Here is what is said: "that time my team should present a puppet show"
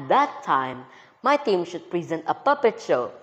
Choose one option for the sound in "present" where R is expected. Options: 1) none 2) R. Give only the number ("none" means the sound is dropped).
2